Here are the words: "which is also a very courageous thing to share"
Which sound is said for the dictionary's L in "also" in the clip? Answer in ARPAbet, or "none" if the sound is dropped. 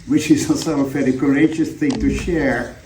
none